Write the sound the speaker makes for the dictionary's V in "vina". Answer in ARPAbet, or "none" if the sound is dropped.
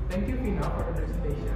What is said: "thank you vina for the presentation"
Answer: F